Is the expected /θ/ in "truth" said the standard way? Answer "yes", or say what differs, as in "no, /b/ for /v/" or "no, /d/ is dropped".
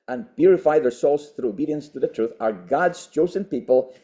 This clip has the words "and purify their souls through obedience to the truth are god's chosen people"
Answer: yes